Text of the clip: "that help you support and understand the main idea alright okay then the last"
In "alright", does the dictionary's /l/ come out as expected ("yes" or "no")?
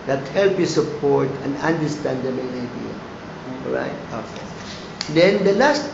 no